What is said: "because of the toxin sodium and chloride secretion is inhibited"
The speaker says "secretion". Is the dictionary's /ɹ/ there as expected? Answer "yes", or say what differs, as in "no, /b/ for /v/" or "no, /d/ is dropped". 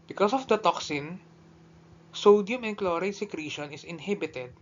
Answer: yes